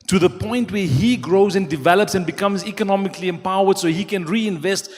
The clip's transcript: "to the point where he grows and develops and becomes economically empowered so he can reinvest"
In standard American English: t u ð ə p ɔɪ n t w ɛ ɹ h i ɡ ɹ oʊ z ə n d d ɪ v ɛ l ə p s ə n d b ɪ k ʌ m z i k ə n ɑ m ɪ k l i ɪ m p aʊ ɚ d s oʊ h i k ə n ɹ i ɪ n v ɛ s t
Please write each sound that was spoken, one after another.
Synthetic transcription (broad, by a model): t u ð ə p ɔɪ n t w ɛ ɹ h i ɡ ɹ oʊ z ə n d d ɪ v ɛ l ə p s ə n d b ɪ k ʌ m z i k ə n ɑ m ɪ k l i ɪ m p aʊ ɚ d s oʊ h i k ə n ɹ i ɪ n v ɛ s t